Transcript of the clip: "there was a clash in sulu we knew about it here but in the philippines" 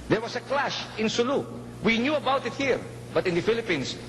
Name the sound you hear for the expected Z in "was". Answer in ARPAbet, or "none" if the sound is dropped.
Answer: S